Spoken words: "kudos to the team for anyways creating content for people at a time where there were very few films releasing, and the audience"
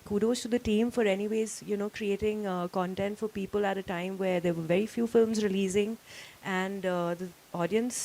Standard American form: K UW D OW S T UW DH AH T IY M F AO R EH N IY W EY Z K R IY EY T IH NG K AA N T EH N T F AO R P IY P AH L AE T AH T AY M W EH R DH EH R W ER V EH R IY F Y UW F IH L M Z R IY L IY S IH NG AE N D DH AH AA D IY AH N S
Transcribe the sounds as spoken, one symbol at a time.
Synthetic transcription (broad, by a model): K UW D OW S T UW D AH T IY M F AO R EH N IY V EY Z K R IY EY T IH NG K AA N T EH N T F AO R P IY P AH L AE T AH T AY M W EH R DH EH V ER V EH R IY F Y UW F IH L M Z R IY L IY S IH NG AE N D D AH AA D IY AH N S